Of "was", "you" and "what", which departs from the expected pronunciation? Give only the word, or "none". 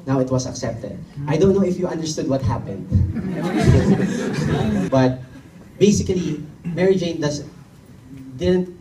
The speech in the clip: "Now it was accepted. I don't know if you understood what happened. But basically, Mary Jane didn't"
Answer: was